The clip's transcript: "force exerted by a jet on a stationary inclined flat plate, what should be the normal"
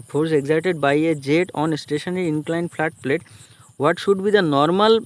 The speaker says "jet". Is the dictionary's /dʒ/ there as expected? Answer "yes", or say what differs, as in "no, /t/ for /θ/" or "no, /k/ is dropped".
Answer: yes